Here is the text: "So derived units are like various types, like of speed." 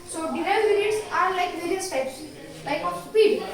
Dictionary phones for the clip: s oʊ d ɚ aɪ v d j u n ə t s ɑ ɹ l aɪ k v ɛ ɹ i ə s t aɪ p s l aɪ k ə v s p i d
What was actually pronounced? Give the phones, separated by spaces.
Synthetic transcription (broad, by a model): s oʊ d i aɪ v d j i ə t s ɑ ɹ l aɪ k v ɛ ɹ i ə s t aɪ p s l aɪ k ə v s p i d